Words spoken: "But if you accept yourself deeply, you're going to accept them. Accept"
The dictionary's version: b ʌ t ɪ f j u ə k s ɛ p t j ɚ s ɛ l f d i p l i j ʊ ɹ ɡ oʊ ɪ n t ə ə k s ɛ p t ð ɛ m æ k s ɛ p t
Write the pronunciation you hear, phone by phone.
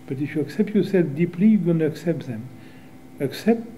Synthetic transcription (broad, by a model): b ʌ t ɪ f j u ə k s ɛ p t j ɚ s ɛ l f d i p l i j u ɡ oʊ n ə ə k s ɛ p t ð ɛ m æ k s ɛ p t